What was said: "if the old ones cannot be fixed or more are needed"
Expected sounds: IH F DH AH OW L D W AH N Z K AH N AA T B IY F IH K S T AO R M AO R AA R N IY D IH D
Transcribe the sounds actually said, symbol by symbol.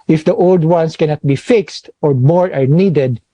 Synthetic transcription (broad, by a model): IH F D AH OW L D W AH N S K AH N AA T B IY F IH K S T AO R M AO R AA R N IY D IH D